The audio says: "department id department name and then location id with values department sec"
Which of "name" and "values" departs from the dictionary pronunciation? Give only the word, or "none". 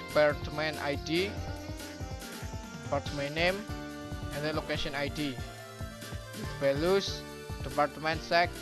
values